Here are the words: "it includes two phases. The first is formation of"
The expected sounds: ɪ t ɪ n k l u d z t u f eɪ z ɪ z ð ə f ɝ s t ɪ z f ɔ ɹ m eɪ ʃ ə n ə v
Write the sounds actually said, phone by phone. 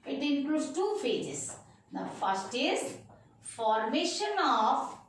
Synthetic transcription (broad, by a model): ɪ t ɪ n k l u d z t u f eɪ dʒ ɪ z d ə f ɝ s t ɪ z f ɔ ɹ m eɪ ʃ ə n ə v